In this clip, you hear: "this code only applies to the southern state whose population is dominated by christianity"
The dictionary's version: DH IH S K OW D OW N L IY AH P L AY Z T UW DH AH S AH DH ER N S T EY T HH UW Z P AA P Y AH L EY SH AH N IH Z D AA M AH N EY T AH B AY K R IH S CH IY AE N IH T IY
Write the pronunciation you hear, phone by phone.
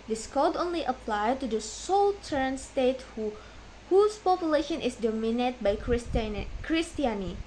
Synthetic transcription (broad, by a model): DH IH S K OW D OW N L IY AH P L AY T UW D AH S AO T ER N S T EY T HH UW S P AA P Y AH L EY SH AH N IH S D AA M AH N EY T B AY K R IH S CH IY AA N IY